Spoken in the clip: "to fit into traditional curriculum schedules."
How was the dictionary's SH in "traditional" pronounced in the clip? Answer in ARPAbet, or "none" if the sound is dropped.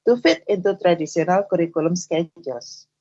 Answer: S